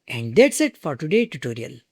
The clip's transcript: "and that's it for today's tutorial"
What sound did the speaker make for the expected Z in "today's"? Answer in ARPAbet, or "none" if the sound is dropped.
none